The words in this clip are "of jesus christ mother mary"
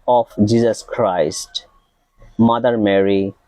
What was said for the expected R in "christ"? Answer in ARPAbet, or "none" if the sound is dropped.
R